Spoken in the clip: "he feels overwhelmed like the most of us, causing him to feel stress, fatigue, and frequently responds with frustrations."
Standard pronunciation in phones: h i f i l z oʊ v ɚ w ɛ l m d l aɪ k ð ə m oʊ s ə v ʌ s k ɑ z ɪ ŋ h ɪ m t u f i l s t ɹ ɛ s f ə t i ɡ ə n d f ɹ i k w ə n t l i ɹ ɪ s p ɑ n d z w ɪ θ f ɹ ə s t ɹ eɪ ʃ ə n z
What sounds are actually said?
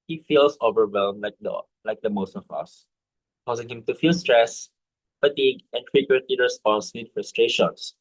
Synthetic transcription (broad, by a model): h i f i l s oʊ v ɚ w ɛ l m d l aɪ k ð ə m oʊ s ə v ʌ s k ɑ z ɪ ŋ h ɪ m t u f i l s t ɹ ɛ s f ə t i ɡ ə n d f ɹ i k w ə n t l i ɹ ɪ s p ɑ n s w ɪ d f ɹ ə s t ɹ eɪ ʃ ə n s